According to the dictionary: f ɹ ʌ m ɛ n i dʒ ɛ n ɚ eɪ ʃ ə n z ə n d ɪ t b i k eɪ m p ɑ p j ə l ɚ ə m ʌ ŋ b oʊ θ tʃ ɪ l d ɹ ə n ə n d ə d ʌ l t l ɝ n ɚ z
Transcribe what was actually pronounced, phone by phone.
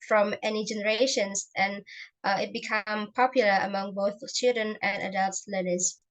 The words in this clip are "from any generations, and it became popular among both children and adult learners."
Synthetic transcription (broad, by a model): f ɹ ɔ m ɛ n i dʒ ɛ n ɚ eɪ ʃ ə n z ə n ɪ t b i k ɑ m p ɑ p j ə l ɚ ə m ʌ ŋ b oʊ θ tʃ ɪ l d ɹ ə n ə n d ə d ʌ l t l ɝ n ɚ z